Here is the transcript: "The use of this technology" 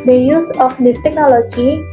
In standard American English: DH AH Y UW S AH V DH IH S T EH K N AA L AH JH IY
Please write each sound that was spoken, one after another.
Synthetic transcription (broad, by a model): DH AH Y UW S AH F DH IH T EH K N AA L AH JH IY